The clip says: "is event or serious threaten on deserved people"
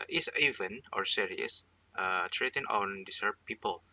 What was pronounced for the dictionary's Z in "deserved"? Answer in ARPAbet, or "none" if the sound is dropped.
S